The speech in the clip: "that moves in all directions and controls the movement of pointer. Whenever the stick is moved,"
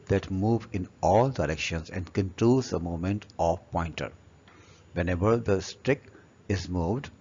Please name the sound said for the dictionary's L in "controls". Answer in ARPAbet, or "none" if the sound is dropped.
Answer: none